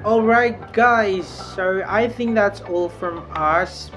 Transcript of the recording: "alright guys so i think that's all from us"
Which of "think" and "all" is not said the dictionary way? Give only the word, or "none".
none